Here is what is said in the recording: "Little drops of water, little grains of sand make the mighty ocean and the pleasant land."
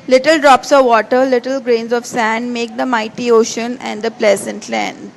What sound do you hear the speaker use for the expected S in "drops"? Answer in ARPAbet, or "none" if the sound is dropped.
S